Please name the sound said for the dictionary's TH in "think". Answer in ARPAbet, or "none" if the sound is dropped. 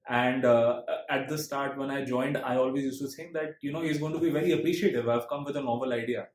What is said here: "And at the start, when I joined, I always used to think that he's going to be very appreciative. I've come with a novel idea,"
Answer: S